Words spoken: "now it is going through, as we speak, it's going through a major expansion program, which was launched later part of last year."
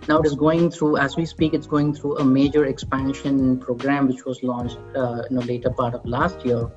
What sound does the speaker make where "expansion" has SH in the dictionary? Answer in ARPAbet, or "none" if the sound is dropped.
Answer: SH